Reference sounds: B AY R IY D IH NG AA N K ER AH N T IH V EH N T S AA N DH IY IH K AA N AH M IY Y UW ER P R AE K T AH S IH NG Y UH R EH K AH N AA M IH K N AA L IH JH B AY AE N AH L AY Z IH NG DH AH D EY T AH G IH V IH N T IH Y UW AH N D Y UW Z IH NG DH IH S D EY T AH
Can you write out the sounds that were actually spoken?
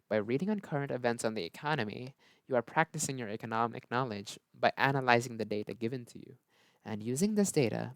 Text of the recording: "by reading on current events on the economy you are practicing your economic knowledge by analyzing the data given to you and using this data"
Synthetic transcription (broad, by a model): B AY R IY D IH NG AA N K ER AH N T IH V EH N T S N DH IY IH K AA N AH M IY Y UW ER P R AE K T AH S IH NG Y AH R EH K AH N AA M IH K N AA L IH JH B AY AE N AH L AY Z IH NG DH AH D EY T AH G IH V IH N T IH Y UW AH N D Y UW Z IH NG DH IH S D EY T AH